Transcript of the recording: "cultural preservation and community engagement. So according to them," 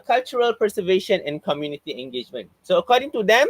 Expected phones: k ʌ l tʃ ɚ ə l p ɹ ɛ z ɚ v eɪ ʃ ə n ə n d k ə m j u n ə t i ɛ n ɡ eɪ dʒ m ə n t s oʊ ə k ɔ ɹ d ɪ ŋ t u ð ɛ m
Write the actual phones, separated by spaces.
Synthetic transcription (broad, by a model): k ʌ l tʃ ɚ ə l p ɛ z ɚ v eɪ ʃ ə n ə n k ə m j u n ə t i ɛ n ɡ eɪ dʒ m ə n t s oʊ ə k ɔ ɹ d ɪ ŋ t u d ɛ m